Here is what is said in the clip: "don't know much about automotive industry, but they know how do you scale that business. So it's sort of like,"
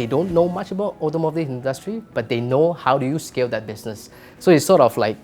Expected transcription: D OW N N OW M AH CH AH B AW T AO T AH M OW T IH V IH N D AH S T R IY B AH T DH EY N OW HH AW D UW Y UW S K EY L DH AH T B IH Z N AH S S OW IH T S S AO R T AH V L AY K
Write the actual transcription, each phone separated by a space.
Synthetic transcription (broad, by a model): D OW N N OW M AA CH AH B AW T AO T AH M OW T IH IH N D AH S T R IY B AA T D EY N OW HH AW D UW Y UW S K EY L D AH T B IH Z N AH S S OW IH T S S AO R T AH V L AY K